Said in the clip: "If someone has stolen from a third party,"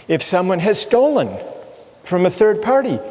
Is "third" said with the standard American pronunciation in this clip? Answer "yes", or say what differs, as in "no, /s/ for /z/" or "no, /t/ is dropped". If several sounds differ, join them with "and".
yes